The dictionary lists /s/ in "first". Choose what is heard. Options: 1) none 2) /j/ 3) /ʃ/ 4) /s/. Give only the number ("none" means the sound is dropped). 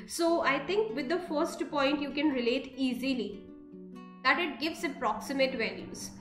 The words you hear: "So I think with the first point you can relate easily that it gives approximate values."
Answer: 4